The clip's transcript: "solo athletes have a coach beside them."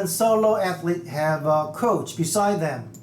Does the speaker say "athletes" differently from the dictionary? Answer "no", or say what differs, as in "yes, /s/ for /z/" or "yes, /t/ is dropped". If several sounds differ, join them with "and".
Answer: yes, /s/ is dropped